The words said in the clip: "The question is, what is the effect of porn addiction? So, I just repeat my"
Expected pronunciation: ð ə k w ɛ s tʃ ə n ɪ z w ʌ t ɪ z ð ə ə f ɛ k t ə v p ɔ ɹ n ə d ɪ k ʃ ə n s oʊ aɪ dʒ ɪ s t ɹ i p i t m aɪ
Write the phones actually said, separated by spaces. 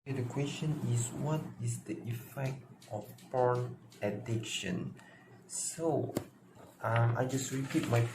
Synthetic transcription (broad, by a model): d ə k w ɛ s tʃ ə n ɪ s w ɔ t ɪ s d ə ə f ɛ k t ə f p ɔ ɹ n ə d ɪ k ʃ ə n s oʊ aɪ dʒ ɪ s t ɹ i p i t m aɪ